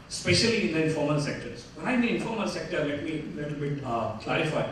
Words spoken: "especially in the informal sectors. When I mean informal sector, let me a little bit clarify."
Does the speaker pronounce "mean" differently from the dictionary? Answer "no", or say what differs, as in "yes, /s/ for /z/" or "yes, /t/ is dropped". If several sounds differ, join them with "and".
yes, /n/ is dropped